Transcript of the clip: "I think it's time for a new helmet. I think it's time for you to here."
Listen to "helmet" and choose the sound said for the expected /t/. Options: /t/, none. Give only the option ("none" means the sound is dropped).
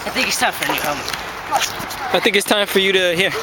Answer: none